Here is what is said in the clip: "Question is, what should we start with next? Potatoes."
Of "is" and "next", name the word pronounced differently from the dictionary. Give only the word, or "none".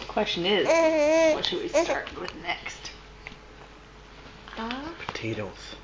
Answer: none